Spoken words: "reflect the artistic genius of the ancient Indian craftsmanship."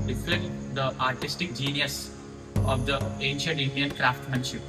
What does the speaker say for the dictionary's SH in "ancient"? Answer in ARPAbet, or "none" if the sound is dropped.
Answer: SH